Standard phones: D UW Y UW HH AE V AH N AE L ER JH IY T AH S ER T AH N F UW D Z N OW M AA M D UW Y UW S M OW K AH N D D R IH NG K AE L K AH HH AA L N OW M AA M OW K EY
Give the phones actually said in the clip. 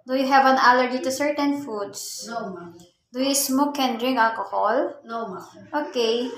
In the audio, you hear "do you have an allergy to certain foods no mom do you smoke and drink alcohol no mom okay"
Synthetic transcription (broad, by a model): D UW Y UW HH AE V AH N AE L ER JH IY T AH S ER T AH N F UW D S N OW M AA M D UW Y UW S M OW K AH N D D R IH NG AA L K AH HH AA L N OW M OW K EY